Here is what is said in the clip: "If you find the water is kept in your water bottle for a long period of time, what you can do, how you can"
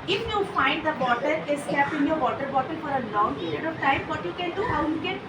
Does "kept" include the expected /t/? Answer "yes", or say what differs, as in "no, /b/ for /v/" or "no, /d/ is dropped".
no, /t/ is dropped